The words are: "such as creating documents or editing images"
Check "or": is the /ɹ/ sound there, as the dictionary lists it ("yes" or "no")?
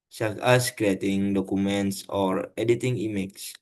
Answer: yes